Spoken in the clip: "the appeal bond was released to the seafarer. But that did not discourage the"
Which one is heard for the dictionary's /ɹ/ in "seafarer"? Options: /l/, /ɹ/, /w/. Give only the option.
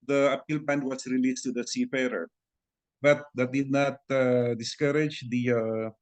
/ɹ/